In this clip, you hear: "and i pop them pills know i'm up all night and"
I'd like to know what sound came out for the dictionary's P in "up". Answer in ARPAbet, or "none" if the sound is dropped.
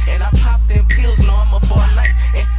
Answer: F